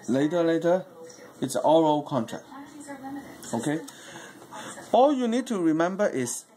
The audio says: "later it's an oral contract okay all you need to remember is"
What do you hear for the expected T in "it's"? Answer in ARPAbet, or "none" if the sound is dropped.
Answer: T